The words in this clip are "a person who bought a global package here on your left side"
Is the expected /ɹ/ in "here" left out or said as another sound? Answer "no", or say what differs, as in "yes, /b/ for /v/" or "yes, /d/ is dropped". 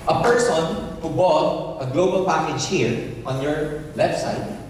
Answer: no